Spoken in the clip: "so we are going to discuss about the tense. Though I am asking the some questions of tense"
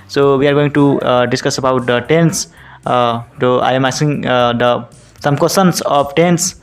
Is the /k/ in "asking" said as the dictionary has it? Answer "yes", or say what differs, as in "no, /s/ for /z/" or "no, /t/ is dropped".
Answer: no, /k/ is dropped